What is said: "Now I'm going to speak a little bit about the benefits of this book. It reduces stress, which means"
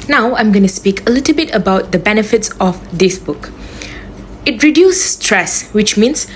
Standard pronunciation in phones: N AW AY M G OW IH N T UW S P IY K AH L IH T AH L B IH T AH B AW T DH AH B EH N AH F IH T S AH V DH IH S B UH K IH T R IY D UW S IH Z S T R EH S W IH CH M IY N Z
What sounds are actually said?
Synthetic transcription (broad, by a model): N AW AY M G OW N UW S P IY K AH L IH T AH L B IH T AH B AW T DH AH B EH N AH F IH T S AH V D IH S B UH K IH T R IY D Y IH S T R EH S W IH CH M IY N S